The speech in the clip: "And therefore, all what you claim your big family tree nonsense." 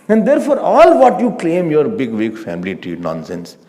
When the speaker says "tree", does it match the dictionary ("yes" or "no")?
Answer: no